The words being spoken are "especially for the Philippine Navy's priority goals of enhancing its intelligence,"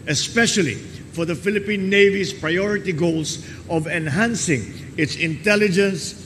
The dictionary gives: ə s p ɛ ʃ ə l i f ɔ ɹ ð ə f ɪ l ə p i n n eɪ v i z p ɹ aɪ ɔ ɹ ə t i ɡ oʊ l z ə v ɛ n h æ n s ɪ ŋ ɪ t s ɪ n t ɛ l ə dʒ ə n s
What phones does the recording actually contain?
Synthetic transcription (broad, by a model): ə s p ɛ ʃ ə l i f ɔ ɹ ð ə f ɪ l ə p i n n eɪ v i s p ɹ aɪ ɔ ɹ ə t i ɡ oʊ l s ə v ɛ n h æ n s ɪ ŋ ɪ t s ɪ n t ɛ l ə dʒ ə n s